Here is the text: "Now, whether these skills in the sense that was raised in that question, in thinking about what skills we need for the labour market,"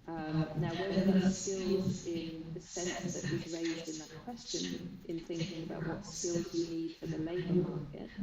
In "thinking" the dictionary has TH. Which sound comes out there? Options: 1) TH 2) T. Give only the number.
1